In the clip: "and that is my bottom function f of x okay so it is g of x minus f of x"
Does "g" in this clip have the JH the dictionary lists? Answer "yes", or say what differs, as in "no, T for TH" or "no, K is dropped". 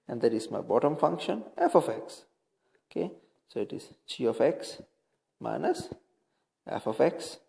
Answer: no, CH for JH